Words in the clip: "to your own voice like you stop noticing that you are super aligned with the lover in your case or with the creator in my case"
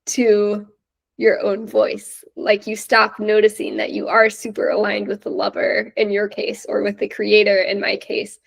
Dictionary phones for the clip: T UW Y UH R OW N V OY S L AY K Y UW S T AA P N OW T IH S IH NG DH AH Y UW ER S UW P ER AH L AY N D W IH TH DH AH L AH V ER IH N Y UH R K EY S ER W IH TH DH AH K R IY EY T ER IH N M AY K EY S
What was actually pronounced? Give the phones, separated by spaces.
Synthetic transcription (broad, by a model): T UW Y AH R OW N V OY S L AY K Y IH S T AA P N OW T IH S IH NG DH AH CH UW ER S UW P ER AH L AY N D W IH DH AH L AH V ER IH N Y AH R K EY S ER W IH DH AH K R IY EY T ER IH N M AY K EY S